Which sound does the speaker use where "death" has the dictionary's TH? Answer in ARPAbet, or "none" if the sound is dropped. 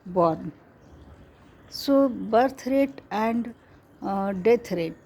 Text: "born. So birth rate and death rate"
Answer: T